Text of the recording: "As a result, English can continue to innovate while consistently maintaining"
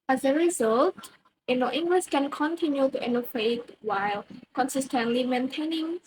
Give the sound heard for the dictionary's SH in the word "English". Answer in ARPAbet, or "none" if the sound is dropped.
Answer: S